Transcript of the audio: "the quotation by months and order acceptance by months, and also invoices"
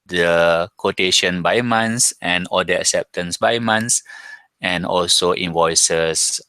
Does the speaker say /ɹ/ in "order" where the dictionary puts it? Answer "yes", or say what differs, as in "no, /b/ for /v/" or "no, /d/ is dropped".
no, /l/ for /ɹ/